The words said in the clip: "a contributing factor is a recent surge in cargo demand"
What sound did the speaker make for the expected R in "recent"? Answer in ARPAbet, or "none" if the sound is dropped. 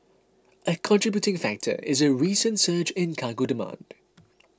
R